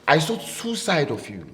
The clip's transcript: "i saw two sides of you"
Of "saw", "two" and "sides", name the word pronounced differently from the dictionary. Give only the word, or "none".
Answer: sides